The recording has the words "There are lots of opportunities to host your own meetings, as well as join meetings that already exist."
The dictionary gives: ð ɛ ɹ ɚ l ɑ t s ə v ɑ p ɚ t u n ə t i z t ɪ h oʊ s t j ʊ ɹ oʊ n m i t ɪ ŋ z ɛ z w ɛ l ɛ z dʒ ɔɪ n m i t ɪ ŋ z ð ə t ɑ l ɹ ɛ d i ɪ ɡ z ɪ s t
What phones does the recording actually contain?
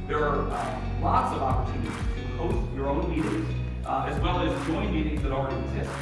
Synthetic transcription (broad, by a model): ð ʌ ɹ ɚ l ɑ t s ə v ɑ p ɚ t u n ə t i z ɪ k oʊ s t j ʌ ɹ oʊ n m i t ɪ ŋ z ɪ z w ɛ l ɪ z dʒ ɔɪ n m i t ɪ ŋ z ð ə t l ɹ ɛ d i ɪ ɡ z ɪ s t